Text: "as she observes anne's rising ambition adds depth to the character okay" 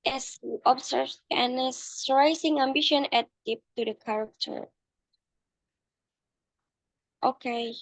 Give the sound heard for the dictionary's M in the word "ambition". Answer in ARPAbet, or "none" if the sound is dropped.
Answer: M